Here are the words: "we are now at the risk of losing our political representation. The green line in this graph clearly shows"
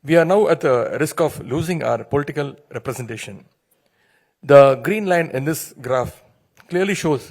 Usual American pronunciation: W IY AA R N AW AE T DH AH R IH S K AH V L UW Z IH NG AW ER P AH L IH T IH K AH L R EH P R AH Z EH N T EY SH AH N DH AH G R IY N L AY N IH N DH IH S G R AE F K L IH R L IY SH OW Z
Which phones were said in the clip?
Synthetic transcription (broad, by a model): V IY AA R N AW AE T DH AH R IH S K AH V L UW Z IH NG AW ER P AH L IH T IH K AH L R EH P R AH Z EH N T EY SH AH N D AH G R IY N L AY N IH N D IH S G R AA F K L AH R L IY SH OW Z